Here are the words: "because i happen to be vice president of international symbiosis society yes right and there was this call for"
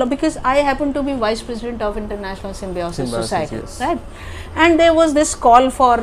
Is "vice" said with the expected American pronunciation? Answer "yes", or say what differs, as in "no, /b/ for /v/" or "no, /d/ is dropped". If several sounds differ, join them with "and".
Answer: yes